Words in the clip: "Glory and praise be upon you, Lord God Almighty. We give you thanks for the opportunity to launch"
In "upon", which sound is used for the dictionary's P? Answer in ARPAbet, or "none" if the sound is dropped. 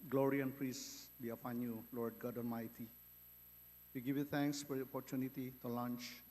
F